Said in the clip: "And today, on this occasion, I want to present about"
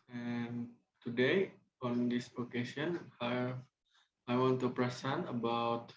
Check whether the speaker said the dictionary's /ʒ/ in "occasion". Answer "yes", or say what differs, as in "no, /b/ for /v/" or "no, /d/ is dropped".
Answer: no, /s/ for /ʒ/